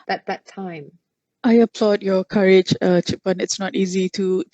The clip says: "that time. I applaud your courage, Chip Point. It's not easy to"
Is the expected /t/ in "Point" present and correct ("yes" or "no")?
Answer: no